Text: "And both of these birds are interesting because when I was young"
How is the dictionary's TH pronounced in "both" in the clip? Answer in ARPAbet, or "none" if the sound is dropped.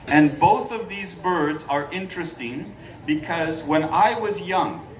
TH